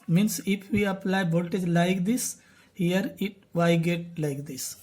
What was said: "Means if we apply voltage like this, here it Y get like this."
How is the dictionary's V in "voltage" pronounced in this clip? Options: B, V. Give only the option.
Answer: B